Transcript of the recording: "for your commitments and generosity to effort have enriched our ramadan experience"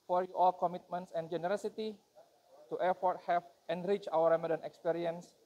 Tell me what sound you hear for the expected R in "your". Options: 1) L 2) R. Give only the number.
1